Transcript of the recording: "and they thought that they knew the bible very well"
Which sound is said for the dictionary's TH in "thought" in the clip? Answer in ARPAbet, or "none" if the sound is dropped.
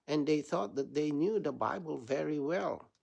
TH